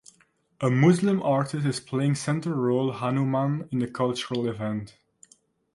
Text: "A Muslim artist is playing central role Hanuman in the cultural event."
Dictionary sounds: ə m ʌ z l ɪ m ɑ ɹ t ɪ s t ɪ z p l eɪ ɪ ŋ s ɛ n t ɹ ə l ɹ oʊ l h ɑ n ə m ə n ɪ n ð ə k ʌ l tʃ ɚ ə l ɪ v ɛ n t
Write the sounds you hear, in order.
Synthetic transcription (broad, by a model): ə m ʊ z l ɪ m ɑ ɹ t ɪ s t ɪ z p l eɪ ɪ ŋ s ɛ n t ə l ɹ oʊ l h ɑ n ə m ə n ɪ n ð ə k ʌ l tʃ ɚ ə l ɪ v ɛ n t